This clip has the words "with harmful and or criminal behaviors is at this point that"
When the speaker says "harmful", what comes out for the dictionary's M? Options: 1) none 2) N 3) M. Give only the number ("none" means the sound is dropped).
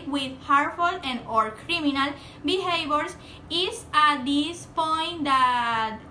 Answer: 1